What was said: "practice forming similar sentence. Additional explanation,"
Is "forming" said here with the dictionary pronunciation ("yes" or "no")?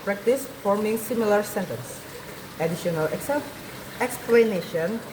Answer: yes